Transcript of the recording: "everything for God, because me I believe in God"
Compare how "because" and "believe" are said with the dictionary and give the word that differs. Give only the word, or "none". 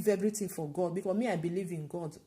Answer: because